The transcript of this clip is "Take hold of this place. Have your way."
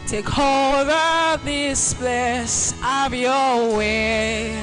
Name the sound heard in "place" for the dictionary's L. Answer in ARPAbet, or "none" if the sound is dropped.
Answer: none